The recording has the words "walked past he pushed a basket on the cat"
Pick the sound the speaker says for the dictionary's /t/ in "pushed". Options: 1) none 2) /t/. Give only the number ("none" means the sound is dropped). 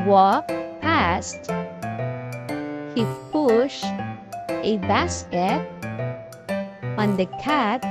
1